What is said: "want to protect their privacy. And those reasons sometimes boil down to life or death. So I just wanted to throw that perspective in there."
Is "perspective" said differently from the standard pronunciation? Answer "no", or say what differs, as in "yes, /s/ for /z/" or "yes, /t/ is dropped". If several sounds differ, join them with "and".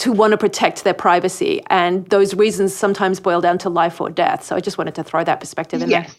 no